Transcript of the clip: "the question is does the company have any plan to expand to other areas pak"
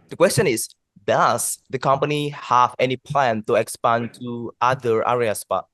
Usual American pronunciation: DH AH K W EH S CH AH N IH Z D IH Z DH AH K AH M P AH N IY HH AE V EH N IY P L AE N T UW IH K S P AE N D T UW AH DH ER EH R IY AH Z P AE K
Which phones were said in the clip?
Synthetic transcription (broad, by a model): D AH K W EH S CH AH N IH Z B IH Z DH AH K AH M P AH N IY HH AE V EH N IY P L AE N T UW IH K S P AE N T UW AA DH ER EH R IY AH S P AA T